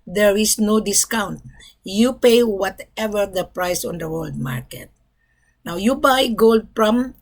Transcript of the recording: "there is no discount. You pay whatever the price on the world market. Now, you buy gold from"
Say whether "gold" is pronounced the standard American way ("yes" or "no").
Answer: yes